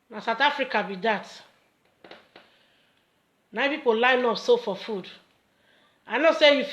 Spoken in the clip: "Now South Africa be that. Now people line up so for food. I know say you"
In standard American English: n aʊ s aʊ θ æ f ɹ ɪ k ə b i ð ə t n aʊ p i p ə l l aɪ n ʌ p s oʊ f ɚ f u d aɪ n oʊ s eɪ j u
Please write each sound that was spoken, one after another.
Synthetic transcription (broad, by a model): n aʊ s aʊ t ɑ f ɹ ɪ k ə b i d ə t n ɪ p i p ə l l aɪ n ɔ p s oʊ f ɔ f u d aɪ n oʊ s eɪ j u